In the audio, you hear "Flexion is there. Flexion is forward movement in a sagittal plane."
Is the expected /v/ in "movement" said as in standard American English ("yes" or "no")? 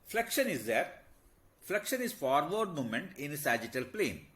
no